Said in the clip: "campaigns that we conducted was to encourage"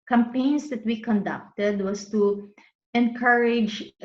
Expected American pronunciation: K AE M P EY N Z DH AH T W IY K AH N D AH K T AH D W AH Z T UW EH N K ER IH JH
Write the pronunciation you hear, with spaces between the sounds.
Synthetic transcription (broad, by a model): K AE M P EY N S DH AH T W IY K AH N D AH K T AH D W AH S T UW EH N K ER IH JH